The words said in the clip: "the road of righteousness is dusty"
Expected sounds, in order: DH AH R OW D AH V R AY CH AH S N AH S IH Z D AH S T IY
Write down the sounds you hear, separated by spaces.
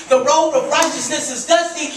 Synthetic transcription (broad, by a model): DH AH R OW AH V R AY CH AH S N AH S IH Z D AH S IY